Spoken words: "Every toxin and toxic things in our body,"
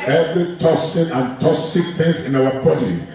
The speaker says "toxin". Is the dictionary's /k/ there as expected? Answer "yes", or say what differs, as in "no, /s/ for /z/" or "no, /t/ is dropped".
no, /k/ is dropped